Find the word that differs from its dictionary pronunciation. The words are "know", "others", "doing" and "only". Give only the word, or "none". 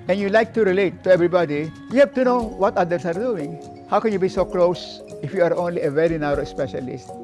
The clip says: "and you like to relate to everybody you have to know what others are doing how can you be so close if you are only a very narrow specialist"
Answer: others